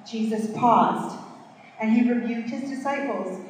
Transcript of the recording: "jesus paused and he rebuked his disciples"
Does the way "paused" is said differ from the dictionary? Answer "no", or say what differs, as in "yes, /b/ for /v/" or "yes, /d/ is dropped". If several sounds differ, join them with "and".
no